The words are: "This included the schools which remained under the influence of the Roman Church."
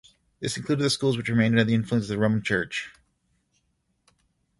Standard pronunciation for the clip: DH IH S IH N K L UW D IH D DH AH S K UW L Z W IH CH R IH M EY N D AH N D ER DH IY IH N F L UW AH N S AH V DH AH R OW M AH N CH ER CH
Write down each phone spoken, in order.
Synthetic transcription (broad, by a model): DH IH S IH N K L UW D IH D DH AH S K UW L Z W IH CH R IH M EY N D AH D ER DH IY IH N F L UW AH N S AH V DH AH R OW M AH N CH ER CH